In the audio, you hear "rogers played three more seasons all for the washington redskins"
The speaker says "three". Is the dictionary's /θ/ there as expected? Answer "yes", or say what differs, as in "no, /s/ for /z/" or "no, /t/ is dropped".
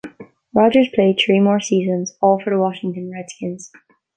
yes